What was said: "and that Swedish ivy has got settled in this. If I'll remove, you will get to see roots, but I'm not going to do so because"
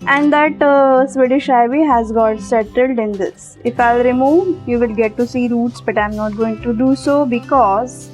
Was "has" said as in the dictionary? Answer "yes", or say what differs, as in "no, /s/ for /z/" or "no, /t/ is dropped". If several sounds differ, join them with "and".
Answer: yes